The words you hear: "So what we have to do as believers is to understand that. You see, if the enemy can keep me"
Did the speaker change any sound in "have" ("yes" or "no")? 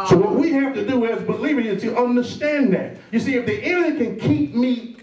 yes